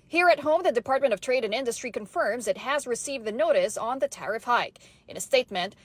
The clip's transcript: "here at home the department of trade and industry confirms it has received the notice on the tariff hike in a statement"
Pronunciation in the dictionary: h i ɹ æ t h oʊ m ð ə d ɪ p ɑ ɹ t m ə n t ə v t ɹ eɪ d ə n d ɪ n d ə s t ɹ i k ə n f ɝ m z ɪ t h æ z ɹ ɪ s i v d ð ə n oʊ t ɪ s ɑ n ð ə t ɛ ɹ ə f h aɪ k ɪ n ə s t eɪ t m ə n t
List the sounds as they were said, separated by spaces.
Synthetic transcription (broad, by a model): h i ɹ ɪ t h oʊ m ð ə d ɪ p ɑ ɹ t m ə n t ə v t ɹ eɪ d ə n ɪ n d ə s t ɹ i k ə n f ɝ m z ɪ t h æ z ɹ ɪ s i v d ð ə n oʊ t ɪ s n ð ə t ɛ ɹ ə f h aɪ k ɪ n ə s t eɪ t m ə n t